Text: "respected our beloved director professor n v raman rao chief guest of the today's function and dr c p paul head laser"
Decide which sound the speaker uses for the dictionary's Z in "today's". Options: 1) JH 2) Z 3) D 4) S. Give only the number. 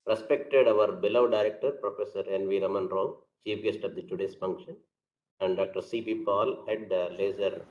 4